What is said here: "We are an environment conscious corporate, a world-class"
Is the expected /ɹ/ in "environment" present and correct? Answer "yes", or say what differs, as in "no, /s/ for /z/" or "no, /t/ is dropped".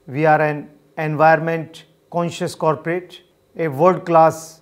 no, /ɹ/ is dropped